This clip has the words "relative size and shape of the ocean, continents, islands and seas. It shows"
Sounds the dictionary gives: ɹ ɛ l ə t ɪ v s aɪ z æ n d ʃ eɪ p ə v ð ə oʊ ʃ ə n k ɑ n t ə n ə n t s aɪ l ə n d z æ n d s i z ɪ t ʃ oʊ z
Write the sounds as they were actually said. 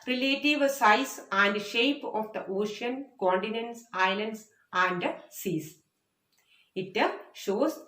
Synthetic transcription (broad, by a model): ɹ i l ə t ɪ v s aɪ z æ n d ʃ eɪ p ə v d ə oʊ ʃ ə n k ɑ n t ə n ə n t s aɪ l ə n d s æ n d s i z ɪ t ʃ oʊ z